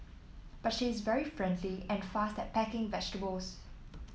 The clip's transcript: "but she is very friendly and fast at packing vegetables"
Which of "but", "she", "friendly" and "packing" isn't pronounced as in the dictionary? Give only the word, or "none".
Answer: none